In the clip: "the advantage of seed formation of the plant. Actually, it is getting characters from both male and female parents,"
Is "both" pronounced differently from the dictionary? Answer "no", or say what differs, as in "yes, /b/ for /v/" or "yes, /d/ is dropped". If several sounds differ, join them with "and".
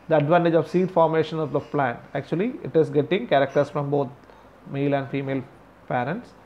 yes, /t/ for /θ/